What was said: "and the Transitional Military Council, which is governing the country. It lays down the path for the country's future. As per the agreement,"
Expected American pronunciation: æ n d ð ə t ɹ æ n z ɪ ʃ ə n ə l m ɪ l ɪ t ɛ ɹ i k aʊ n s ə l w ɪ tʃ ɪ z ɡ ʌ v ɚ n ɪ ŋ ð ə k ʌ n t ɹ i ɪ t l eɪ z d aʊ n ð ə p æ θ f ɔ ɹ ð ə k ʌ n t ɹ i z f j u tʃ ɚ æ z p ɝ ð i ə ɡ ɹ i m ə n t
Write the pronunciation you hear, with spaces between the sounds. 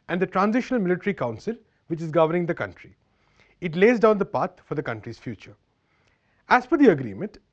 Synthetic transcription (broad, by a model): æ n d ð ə t ɹ æ n z ɪ ʃ ə n ə l m ɪ l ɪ t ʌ ɹ i k aʊ n s ə l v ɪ tʃ ɪ z ɡ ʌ v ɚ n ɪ ŋ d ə k ʌ n t ɹ i ɪ t l eɪ z d aʊ n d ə p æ t f ɔ ɹ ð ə k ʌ n t ɹ i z f j u tʃ ɚ æ z f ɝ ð i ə ɡ ɹ i m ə n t